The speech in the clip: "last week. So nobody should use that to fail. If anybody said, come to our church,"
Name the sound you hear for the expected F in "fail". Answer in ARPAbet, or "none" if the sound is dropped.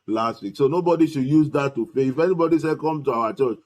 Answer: P